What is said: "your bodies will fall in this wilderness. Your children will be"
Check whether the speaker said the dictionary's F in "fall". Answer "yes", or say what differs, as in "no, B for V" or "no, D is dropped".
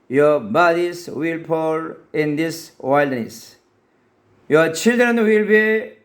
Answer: no, P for F